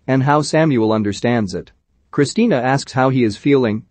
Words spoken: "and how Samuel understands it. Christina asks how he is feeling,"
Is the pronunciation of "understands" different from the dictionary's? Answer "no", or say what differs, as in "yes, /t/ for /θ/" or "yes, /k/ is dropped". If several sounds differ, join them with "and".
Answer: no